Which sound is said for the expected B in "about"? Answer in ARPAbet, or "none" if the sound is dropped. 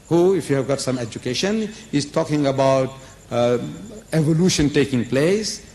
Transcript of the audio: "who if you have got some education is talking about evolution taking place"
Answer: B